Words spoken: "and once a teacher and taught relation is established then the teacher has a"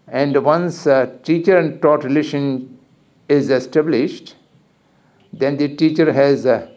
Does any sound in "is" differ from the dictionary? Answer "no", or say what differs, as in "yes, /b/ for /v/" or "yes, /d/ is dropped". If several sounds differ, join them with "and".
no